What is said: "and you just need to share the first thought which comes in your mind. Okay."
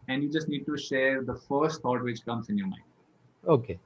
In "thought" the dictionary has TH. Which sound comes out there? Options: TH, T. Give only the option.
T